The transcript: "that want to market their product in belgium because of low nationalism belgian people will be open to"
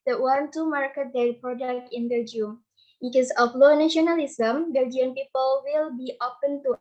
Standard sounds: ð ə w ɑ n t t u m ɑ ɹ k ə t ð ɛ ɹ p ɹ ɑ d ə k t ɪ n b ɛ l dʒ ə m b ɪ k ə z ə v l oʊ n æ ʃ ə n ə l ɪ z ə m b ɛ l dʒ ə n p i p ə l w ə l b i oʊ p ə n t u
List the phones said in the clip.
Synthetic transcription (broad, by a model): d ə w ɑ n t t u m ɑ ɹ k ə t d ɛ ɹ p ɹ ɑ d ə k t ɪ n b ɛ dʒ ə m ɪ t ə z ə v l oʊ n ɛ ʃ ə n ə l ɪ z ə m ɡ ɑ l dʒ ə n p i p ə l w ə l b i oʊ p ə n t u